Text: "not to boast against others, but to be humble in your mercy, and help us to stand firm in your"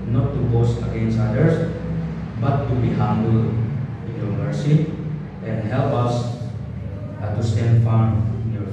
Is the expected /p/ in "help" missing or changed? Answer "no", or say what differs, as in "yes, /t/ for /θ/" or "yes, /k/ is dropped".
no